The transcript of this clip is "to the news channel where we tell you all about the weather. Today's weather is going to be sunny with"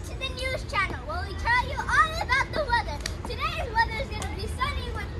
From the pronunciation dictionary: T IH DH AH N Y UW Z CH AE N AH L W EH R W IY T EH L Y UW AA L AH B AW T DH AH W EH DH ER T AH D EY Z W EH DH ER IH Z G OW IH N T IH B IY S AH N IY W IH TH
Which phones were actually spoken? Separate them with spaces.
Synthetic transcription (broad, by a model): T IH DH AH N Y UW Z CH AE N L W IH L W IY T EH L Y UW AA L AH B AW T DH AH W EH DH ER T AH D EY Z W EH DH ER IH Z G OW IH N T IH B IY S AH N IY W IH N